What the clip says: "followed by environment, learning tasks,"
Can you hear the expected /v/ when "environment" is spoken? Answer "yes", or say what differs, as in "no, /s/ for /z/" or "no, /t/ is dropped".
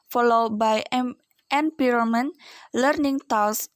no, /p/ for /v/